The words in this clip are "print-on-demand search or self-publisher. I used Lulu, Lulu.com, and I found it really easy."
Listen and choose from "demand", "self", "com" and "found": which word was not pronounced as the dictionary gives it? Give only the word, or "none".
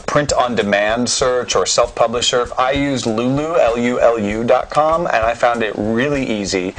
none